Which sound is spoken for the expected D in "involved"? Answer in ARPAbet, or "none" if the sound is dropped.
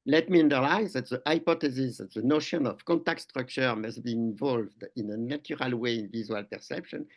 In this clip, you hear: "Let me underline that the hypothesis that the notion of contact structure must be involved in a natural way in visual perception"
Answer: D